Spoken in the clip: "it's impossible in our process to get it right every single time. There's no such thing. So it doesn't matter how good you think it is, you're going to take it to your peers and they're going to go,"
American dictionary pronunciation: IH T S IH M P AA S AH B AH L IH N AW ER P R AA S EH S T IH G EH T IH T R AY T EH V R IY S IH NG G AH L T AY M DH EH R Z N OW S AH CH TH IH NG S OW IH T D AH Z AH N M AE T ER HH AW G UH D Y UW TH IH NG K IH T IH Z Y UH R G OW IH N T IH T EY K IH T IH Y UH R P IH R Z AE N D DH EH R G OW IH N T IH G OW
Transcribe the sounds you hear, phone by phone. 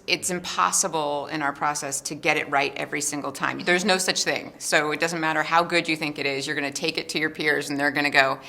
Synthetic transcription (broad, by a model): IH T S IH M P AA S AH B L IH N AW ER P R AA S EH S T IH G EH T IH T R AY T EH V R IY S IH NG G L T AY M DH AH R Z N OW S AH CH TH IH NG S OW IH T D AH Z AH N M AE T ER HH AW G UH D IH TH IH NG K IH T IH Z Y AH R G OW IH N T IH T EY K IH T IH Y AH R P IH R Z N DH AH R G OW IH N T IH G OW